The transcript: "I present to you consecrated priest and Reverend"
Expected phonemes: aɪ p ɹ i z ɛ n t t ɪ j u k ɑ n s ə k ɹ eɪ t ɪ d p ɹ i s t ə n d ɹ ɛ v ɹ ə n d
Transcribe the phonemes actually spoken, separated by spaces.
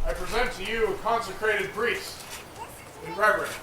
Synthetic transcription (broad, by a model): aɪ p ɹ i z ɛ n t t ɪ j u k ɑ n s ə k ɹ eɪ t ɪ d b ɹ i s ə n ɹ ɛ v ɹ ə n